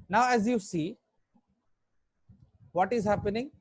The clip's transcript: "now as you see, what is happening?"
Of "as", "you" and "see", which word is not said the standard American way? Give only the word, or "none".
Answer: none